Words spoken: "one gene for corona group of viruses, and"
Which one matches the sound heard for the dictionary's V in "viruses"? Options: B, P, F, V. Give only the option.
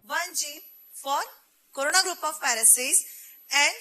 F